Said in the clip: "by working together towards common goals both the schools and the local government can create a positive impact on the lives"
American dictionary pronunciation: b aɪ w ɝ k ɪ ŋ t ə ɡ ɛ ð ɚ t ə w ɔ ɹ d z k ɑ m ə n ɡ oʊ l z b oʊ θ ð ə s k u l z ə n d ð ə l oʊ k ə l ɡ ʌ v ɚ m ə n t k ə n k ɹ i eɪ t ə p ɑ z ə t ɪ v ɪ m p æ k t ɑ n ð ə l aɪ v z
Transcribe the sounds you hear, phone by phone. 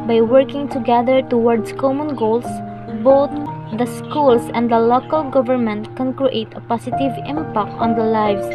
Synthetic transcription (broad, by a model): b aɪ w ɝ k ɪ ŋ t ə ɡ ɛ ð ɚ t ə w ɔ ɹ d s k ɑ m ə n ɡ oʊ l s b oʊ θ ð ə s k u l s ə n d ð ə l oʊ k ə l ɡ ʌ v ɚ m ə n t k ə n k ɹ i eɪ t ə p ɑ s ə t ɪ v ɪ m p æ k t ɑ n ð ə l aɪ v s